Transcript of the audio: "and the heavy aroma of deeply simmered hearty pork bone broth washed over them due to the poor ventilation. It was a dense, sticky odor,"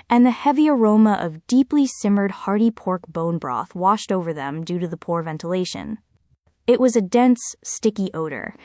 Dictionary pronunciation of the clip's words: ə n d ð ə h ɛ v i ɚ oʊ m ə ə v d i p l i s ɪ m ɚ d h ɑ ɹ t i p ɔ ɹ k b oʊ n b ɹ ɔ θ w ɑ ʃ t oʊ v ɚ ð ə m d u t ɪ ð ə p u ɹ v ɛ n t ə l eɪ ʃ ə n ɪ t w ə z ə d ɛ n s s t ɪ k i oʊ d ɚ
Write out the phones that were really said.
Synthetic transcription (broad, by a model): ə n ð ə h ɛ v i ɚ oʊ m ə ə v d i p l i s ɪ m ɚ d h ɑ ɹ t i p ɔ ɹ k b oʊ n b ɹ ɔ θ w ɑ ʃ t oʊ v ɚ ð ə m d u t ɪ ð ə p u ɹ v ɛ n t ə l eɪ ʃ ə n ɪ t w ə z ə d ɛ n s s t ɪ k i oʊ d ɚ